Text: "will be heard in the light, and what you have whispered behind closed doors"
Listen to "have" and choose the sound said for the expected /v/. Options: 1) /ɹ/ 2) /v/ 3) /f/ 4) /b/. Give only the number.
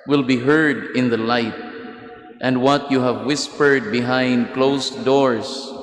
2